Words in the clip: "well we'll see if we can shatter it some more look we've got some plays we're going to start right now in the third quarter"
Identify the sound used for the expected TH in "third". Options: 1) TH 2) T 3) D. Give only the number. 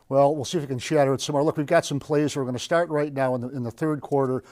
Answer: 1